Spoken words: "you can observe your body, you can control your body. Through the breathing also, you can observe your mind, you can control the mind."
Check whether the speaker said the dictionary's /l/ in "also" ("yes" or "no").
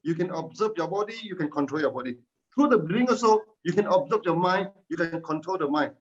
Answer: no